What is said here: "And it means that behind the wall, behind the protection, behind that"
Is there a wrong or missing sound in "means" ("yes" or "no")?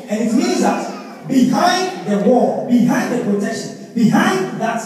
yes